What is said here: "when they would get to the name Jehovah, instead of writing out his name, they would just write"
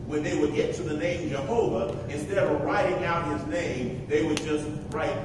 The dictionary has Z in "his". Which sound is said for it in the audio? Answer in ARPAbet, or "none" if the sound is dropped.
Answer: Z